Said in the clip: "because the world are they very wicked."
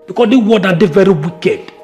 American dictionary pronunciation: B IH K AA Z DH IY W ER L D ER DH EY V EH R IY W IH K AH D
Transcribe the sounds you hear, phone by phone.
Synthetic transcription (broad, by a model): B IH K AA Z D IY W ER D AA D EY V EH R IY W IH K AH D